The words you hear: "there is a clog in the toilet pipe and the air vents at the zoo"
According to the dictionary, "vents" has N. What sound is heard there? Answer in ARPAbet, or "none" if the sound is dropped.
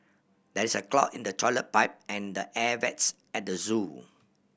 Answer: none